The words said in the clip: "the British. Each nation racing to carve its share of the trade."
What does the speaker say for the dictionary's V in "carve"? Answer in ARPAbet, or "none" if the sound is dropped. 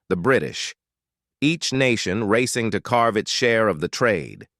V